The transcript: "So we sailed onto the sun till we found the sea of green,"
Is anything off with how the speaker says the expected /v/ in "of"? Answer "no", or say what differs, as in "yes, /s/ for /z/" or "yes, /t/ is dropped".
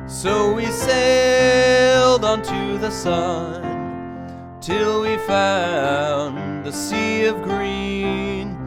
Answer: no